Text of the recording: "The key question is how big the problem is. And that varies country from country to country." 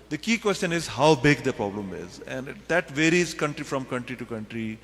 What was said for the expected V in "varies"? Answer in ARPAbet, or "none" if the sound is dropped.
V